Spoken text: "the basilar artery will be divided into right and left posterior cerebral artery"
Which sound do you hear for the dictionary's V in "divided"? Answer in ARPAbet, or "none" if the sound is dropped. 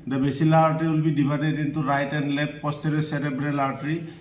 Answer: B